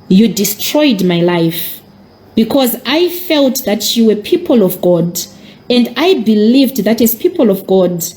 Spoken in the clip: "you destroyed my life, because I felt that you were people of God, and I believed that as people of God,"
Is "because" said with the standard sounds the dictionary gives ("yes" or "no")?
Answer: yes